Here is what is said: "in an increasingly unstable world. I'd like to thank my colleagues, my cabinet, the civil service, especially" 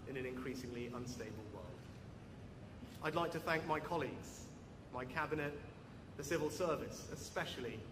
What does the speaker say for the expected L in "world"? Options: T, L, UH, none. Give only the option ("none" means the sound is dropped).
L